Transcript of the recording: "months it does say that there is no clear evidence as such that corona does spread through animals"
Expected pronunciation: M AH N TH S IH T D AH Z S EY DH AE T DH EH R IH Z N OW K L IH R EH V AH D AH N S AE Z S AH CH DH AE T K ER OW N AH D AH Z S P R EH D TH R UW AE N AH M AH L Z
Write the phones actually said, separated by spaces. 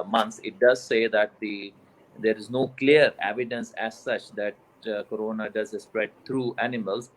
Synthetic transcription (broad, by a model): M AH N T S IH T D AH Z S EY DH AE T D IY R IH Z N OW K L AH R EH V AH D AH N S AE Z S AH CH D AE T K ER OW N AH D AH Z S P R EH D T R UW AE N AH M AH L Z